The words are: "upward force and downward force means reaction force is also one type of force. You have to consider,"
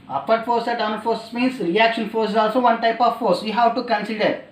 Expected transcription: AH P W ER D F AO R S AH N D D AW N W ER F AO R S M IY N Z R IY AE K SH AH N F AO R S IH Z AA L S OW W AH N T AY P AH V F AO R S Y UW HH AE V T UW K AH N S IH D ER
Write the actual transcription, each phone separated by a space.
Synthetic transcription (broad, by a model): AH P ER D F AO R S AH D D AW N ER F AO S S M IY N S R IY AE K SH AH N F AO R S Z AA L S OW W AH N T AY P AH V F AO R S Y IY HH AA W T UW K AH N S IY D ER